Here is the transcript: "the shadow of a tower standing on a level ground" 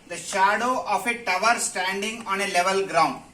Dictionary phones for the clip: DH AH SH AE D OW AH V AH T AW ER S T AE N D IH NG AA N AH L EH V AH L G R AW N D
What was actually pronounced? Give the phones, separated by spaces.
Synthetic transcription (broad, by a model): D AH SH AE D OW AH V AH T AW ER S T AE N D IH NG AA N AH L EH V AH L G R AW N D